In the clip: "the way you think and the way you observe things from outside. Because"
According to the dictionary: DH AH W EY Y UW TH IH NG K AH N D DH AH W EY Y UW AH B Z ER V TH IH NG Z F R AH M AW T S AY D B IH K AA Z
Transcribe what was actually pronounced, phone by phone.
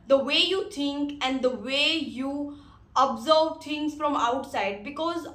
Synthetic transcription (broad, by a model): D AH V EY Y UW T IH NG K AH N D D AH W EY Y UW AH B Z ER V T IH NG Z F R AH M AW T S AY D B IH K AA Z